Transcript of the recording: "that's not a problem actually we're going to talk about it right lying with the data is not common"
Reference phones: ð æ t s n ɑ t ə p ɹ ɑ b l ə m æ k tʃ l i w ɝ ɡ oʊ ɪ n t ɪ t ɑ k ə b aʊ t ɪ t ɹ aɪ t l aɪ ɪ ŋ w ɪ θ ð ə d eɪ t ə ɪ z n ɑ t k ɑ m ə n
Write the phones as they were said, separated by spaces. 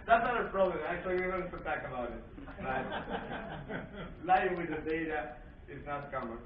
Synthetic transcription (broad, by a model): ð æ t s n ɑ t ə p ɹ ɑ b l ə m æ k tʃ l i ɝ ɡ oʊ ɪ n s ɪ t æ k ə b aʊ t ɪ t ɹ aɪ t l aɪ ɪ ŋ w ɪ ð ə d eɪ t ə ɪ z n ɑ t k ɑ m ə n